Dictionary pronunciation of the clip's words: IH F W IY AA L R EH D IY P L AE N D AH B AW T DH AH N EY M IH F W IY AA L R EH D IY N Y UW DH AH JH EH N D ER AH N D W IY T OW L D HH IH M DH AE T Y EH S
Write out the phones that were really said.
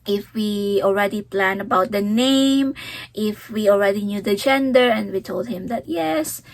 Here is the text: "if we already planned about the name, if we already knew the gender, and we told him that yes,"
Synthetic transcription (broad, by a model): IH F W IY AA L R EH D IY P L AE N AH B AW T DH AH N EY M IH F W IY AA L R EH D IY N Y UW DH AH JH EH N D ER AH N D W IY T OW L D HH IH M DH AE T Y EH S